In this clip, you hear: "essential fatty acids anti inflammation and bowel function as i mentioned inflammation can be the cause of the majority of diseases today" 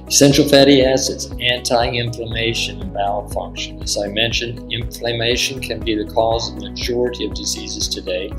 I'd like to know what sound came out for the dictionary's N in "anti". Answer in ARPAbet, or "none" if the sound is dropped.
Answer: N